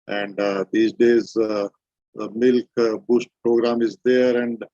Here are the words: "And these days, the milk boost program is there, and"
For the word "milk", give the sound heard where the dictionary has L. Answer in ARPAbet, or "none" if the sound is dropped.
L